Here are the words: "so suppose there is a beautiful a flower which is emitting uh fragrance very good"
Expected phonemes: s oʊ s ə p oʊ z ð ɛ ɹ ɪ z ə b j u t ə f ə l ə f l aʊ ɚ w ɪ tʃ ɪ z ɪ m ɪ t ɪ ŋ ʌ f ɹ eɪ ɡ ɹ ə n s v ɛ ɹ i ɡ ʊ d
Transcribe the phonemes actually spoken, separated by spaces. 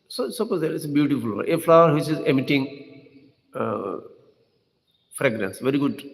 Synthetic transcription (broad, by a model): s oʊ s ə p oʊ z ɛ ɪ s ə b j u t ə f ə l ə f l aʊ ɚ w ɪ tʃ ɪ z ɪ m ɪ t ɪ ŋ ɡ f ɹ eɪ ɡ ɹ ə n s v ɛ ɹ i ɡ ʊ d